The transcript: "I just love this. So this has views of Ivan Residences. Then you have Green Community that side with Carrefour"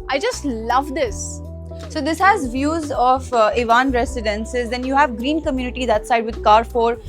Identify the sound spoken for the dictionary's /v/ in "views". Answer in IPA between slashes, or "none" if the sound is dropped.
/v/